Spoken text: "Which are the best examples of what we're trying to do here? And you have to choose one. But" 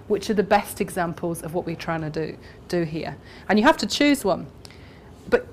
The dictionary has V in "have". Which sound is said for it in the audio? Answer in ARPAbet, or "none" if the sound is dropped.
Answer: F